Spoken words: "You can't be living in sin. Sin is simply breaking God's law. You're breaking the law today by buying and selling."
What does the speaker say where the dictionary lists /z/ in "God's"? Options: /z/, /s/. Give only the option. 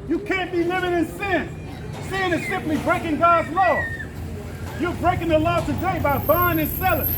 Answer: /z/